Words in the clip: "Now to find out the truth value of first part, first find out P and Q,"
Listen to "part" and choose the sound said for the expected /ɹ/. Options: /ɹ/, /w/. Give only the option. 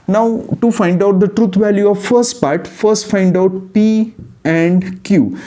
/ɹ/